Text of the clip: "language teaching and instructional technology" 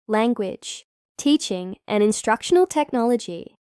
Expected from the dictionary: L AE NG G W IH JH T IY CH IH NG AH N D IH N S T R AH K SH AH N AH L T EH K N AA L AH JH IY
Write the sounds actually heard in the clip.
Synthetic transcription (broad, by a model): L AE NG G W IH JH T IY CH IH NG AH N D IH N S T R AH K SH AH N AH L T EH K N AA L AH JH IY